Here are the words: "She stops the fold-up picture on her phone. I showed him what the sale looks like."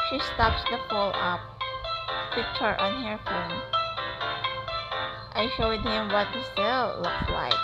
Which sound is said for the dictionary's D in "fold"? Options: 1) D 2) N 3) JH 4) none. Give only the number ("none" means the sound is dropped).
4